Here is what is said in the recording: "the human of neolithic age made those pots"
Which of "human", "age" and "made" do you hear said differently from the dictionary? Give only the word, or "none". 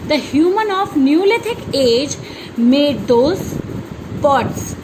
none